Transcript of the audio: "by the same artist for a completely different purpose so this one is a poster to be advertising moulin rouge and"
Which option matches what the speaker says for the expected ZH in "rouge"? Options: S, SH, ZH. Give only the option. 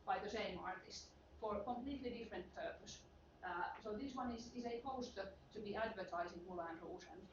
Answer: S